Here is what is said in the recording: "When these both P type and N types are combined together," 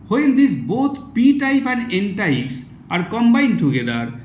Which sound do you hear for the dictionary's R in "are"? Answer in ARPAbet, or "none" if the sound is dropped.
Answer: R